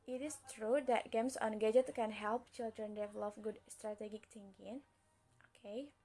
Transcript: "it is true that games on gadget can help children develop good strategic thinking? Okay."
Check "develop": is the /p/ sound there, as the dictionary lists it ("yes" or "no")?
no